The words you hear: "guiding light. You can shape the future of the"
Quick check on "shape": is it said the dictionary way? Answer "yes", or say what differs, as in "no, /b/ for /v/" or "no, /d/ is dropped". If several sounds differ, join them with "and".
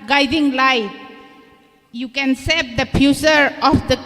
no, /s/ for /ʃ/